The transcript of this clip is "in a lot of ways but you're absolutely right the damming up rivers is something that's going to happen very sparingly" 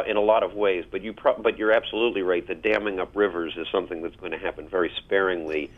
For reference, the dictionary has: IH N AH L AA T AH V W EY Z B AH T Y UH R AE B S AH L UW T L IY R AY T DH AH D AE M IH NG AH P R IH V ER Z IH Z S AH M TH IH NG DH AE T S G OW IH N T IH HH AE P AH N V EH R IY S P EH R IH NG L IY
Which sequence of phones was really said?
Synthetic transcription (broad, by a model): IH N AH L AA T AH V W EY Z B AH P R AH R AE B S AH L UW T L IY R AY T DH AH D AE M IH NG AH P R IH V ER Z IH Z S AH M TH IH NG DH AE T S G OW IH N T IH HH AE P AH N V EH R IY S P EH R IH NG L IY